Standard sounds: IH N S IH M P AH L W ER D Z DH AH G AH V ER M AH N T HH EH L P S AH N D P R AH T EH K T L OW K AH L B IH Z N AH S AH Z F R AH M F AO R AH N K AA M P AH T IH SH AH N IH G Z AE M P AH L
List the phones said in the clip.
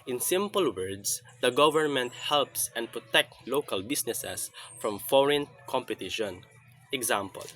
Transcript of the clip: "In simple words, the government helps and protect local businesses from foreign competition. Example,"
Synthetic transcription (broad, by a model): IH N S IH M P AH L W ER D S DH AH G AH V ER M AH N T HH EH L P S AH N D P R AH T EH K T L OW K AH L B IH S N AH S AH S F R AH M F AO R AH N K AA M P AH T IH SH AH N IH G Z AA M P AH L